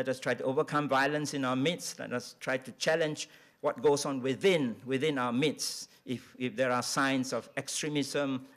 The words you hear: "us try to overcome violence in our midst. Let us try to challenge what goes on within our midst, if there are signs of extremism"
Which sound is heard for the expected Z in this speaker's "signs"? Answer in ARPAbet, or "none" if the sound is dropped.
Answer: S